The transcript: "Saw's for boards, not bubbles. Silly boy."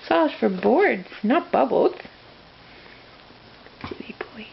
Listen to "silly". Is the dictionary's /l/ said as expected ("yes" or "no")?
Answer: no